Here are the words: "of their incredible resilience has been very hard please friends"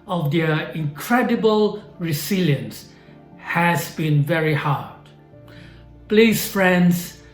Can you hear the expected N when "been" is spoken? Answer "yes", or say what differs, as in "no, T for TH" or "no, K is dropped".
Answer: yes